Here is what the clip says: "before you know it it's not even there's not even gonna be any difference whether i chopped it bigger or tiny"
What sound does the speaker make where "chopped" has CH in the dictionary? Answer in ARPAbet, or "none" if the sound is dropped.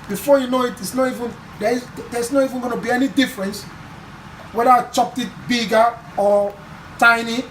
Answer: CH